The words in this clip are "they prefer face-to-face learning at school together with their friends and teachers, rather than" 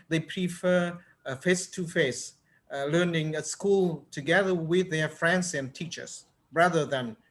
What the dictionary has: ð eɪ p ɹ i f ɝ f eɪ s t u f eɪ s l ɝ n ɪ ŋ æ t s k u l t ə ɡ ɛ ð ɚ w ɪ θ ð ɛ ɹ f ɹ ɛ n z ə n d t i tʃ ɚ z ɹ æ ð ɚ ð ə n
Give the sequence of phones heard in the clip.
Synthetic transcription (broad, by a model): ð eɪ p ɹ i f ɝ f eɪ s t u f eɪ s l ɝ n ɪ ŋ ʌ s k u l t ə ɡ ɛ ð ɚ w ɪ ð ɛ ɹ f ɹ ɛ n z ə n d t i tʃ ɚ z ɹ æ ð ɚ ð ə n